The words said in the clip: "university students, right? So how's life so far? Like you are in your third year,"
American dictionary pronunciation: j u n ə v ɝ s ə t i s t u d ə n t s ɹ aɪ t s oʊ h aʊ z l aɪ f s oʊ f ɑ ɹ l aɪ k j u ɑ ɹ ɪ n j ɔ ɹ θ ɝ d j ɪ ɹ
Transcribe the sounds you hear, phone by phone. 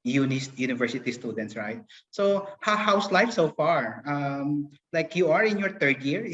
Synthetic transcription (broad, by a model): j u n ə v ɝ s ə t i s t u d ə n t s ɹ aɪ t s oʊ h aʊ s l aɪ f s oʊ f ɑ ɹ l aɪ k j u ɑ ɹ ɪ n j ɔ ɹ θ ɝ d j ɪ ɹ